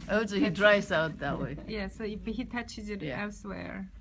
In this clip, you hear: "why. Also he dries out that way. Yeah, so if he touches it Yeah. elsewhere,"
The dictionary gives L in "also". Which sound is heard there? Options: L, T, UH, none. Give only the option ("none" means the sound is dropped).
none